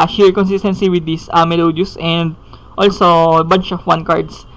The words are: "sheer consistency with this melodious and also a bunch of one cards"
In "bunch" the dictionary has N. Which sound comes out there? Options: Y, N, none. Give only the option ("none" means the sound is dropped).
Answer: N